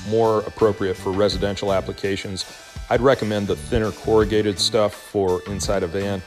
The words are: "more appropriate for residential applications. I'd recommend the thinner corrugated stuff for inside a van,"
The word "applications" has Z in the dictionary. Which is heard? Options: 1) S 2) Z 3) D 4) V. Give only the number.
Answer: 2